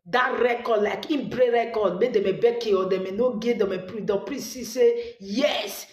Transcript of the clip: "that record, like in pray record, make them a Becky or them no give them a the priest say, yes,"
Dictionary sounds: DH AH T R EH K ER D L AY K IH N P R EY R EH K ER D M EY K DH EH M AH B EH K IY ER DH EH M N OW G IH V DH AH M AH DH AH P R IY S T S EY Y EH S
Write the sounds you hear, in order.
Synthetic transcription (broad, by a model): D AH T R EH K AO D L AY K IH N B R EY R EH K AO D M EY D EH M AH B EH K IY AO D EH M N OW G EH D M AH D AH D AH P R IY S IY S EY Y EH S